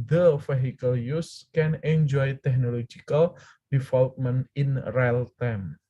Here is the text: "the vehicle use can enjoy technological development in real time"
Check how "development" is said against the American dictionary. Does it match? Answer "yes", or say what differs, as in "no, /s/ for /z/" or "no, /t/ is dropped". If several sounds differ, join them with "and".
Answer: no, /f/ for /v/